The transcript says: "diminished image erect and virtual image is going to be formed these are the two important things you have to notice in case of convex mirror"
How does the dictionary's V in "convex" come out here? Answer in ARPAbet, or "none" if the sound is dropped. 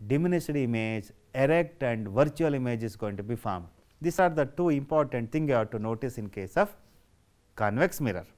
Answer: V